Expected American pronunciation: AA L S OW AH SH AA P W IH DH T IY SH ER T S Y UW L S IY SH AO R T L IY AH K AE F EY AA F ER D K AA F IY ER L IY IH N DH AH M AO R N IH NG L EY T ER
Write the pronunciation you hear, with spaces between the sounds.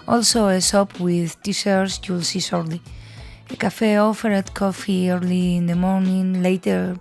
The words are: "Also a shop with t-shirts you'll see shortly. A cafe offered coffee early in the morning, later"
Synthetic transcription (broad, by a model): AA L S OW AH S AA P W IH DH T IY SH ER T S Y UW L S IY S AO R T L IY AH K AE F EY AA F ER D K AA F IY ER L IY IH N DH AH M AO R N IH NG L EY T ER